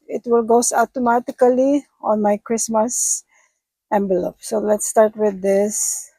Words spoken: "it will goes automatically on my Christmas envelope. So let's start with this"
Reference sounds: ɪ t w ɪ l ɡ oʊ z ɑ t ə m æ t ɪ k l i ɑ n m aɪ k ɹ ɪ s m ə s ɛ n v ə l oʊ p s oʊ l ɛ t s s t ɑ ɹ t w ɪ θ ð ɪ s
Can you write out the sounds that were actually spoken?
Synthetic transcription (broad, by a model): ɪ t w ɪ l ɡ oʊ s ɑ t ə m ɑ t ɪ k l i ɑ n m aɪ k ɹ ɪ s m ə s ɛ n b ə l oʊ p s oʊ l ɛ t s s t ɑ ɹ t w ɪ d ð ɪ s